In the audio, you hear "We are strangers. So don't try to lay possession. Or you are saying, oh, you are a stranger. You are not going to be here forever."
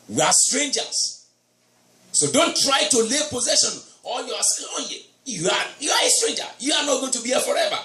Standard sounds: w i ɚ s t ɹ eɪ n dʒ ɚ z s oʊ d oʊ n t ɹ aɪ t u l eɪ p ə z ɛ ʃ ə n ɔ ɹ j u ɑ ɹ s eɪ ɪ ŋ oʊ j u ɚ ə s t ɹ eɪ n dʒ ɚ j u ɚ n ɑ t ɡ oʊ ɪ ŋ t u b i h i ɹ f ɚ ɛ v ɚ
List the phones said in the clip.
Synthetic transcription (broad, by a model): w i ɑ s t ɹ eɪ n dʒ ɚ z s oʊ d oʊ n t ɹ aɪ t u l eɪ p ə z ɛ ʃ ə n ɔ l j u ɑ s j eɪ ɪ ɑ j u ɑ ə s t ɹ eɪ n dʒ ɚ j u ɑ n ɑ t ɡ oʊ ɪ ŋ t u b i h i f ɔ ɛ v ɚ